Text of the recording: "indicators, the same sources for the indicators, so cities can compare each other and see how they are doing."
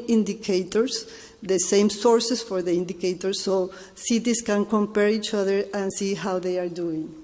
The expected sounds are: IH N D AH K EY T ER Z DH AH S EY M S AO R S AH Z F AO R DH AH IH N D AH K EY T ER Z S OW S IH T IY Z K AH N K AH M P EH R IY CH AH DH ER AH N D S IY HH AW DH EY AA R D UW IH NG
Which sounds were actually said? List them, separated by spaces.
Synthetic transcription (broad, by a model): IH N D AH K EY T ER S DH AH S EY M S AO R S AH S F AO R DH AH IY N D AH K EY T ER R S OW S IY T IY S K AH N K AH M P EH R IY CH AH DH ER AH N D S IY HH AW DH EY AA R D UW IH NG